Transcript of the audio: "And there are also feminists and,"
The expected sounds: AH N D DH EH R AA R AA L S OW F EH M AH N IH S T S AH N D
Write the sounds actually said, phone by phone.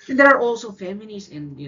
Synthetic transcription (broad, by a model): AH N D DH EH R AA R AA L S OW F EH M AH L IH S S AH N